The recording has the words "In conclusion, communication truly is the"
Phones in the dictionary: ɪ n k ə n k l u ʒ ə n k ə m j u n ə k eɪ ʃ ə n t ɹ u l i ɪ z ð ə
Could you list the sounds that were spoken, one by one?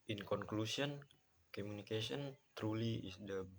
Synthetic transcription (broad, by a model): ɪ n k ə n k l u s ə n k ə m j u n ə k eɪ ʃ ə n t ɹ u l i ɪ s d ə